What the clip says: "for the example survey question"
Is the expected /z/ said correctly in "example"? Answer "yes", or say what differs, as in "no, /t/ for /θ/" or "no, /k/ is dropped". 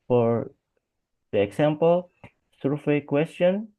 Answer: no, /s/ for /z/